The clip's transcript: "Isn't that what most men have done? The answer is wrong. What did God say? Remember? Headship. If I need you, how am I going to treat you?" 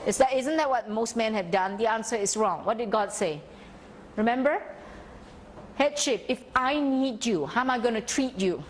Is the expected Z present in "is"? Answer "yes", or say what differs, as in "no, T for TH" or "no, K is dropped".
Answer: no, S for Z